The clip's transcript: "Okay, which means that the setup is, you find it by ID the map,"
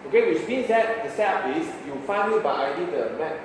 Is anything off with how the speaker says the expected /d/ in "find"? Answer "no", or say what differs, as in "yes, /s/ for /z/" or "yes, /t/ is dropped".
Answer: yes, /d/ is dropped